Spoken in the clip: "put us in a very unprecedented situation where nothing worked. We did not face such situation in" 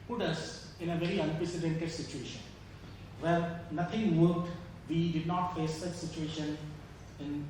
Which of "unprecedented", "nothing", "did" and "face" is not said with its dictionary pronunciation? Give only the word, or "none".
nothing